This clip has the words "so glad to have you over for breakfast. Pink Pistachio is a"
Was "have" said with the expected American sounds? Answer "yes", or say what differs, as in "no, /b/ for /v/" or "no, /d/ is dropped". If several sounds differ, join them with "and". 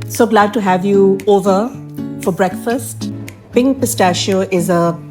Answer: yes